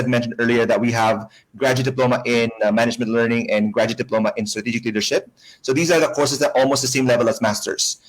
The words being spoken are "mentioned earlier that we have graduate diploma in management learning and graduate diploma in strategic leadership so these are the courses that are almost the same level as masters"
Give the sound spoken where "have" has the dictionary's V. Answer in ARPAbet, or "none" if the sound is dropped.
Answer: V